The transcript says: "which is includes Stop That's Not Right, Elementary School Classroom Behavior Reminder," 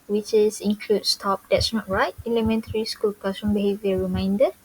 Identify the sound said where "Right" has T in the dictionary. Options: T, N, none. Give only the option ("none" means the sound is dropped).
none